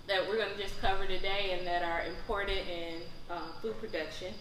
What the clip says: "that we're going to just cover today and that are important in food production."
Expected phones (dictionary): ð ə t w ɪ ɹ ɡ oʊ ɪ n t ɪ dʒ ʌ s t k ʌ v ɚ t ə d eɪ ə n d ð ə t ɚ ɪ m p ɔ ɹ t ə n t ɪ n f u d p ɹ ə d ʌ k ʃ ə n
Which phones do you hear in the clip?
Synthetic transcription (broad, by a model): ð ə t w ɪ ɹ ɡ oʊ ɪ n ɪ dʒ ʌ s k ʌ v ɚ t ə d eɪ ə n ð ə t ɚ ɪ m p ɔ ɹ t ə t ɪ n f u d p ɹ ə d ʌ k ʃ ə n